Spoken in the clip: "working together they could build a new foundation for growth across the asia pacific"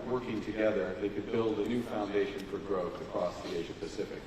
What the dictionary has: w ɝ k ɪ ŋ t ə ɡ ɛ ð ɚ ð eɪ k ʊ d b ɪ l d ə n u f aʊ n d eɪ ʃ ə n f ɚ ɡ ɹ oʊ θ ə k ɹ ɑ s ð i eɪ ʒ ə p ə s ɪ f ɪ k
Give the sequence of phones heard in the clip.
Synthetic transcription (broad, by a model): w ɝ k ɪ ŋ t ə ɡ ɛ ð ɚ ð eɪ k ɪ d b ɪ l d ə n u f aʊ n d eɪ ʃ ə n f ɚ ɡ ɹ oʊ θ ə k ɹ ɑ s ð i eɪ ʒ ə p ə s ɪ f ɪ k